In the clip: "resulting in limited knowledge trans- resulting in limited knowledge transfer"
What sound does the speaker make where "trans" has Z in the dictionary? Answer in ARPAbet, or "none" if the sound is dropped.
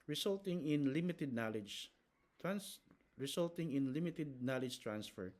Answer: S